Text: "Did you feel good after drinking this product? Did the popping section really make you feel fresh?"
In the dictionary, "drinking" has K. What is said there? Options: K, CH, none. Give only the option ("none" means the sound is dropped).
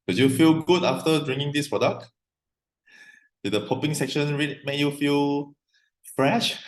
none